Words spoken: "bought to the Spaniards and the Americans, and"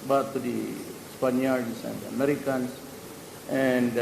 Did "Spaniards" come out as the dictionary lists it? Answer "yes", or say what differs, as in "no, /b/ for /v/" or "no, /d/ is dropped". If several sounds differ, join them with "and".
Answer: no, /s/ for /z/